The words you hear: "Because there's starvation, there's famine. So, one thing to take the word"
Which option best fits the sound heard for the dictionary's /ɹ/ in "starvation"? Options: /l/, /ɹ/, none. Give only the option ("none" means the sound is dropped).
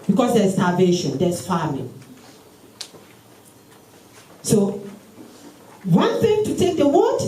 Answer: /l/